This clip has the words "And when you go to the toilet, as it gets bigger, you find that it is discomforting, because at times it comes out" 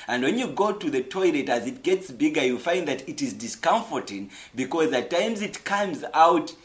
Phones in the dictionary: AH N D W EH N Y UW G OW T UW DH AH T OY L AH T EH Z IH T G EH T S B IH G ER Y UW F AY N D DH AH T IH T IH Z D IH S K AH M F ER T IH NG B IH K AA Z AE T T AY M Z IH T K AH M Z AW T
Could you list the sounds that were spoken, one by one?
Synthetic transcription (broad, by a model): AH N D W EH N Y UW G OW T UW DH AH T OY L AH T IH Z IH T G EH T S B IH G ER Y UW F AY N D DH AH T IH T IH Z D IH S K AH M F ER T IH NG B IH K AA Z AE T T AY M Z IH T K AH M Z AW T